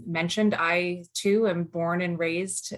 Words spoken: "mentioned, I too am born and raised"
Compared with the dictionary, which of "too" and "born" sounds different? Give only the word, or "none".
none